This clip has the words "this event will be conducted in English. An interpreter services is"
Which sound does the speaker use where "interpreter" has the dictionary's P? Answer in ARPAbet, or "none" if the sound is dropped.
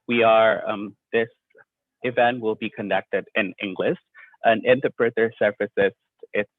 B